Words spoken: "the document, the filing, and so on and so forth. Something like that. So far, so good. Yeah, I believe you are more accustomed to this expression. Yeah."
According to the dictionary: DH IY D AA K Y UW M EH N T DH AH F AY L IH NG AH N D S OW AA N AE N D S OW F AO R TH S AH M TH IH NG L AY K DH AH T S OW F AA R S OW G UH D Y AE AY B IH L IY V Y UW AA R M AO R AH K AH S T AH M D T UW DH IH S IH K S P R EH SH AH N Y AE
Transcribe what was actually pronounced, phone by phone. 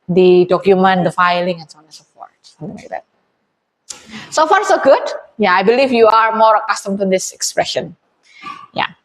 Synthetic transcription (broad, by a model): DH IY D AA K Y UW M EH N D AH F AY L IH NG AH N S OW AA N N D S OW P AO R T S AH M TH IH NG L AY K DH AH T S OW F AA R S OW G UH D Y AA AY B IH L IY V Y UW AA R M AO R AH K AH S T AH M T UW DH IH S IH K S P R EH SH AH N Y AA